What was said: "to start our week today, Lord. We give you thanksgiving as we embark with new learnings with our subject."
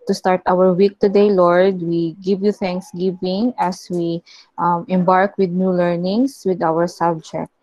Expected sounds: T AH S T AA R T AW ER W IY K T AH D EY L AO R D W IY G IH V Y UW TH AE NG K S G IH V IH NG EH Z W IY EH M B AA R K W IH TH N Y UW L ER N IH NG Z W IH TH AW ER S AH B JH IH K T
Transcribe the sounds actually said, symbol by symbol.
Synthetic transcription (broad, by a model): T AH S T AA R T AW ER W IY K T AH D EY L AO R D W IY G IH V Y UW TH AE NG K S G IH V IH NG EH S W IY EH M B AA R K W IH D N Y UW L ER N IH NG S W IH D AW ER S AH B JH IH K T